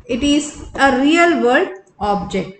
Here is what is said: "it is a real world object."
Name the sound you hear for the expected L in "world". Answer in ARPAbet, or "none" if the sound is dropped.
none